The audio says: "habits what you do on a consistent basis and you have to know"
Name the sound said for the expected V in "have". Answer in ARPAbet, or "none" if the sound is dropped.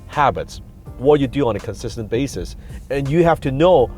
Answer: F